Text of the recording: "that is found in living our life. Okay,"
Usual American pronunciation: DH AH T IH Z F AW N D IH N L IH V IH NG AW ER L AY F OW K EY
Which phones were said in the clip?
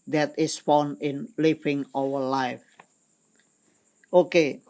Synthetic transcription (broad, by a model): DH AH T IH S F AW N IH N L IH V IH NG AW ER L AY F OW K EY